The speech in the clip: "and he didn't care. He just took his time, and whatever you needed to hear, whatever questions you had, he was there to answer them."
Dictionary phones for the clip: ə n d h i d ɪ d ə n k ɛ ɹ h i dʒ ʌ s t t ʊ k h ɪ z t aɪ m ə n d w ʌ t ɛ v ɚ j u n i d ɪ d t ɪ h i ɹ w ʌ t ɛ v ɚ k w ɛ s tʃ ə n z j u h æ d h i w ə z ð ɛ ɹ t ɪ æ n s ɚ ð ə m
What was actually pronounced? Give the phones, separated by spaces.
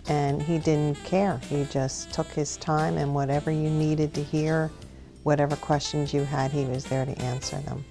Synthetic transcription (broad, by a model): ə n i d ɪ d n k ɛ ɹ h i dʒ ʌ s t t ʊ k h ɪ z t aɪ m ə n w ʌ t ɛ v ɚ j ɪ n i d ɪ d t ɪ h i ɹ w ʌ t ɛ v ɚ k w ɛ s tʃ ə n z j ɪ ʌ d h i w ə z ð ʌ ɹ t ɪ æ n s ɚ ð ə m